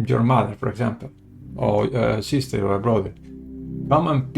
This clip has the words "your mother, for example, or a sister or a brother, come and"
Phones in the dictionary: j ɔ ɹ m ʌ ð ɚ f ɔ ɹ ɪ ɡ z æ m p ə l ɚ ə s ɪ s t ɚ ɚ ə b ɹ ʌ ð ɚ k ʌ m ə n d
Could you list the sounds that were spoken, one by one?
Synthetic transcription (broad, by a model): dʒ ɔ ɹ m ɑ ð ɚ p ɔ ɹ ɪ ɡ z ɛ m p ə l ə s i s t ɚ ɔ ə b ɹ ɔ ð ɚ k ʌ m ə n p